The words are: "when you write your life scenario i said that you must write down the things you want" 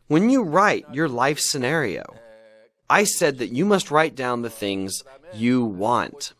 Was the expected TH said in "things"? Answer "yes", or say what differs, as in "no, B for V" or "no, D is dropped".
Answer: yes